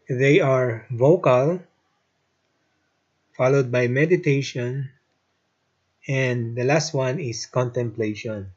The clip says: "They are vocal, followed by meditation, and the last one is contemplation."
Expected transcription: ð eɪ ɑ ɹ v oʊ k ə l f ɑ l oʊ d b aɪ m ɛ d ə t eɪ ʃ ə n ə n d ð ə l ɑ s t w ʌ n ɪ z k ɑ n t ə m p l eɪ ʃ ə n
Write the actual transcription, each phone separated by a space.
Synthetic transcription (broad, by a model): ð eɪ ɑ ɹ v oʊ k ə l f ɑ l oʊ d b aɪ m ɛ d ə t eɪ ʃ ə n ə n d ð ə l ɑ s t w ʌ n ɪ s k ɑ n t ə m p l eɪ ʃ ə n